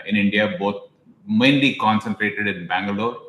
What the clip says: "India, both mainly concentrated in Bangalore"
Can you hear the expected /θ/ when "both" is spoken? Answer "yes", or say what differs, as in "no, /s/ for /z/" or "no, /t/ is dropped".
no, /t/ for /θ/